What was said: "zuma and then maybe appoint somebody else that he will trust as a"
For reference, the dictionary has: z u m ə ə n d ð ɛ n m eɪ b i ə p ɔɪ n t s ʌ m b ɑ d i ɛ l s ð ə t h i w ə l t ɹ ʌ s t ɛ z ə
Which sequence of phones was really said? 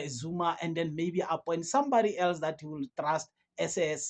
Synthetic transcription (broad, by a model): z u m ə ə n d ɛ n m eɪ b i ə p ɔɪ n t s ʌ m b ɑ d i ɛ l s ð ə t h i w ə l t ɹ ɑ s t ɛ s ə